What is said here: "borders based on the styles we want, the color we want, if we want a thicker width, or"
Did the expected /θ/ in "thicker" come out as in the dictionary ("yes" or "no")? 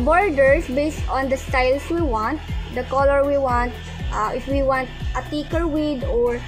no